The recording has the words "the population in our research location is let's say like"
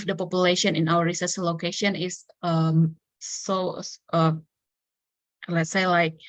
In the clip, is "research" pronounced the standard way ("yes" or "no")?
no